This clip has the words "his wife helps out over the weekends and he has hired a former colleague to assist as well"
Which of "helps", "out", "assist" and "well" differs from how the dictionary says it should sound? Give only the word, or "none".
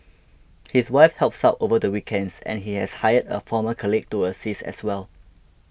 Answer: assist